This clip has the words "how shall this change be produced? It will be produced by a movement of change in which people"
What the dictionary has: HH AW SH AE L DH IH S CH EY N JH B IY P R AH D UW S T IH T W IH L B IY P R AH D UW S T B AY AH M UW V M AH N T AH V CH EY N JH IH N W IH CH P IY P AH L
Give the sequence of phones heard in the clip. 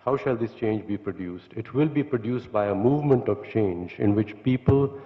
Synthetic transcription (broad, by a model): HH AW SH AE L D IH S CH EY N JH B IY P R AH D UW S T IH T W IH L B IY P R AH D UW S T B AY AH M UW V M AH N T AH V CH EY N JH IH N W IH CH P IY P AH L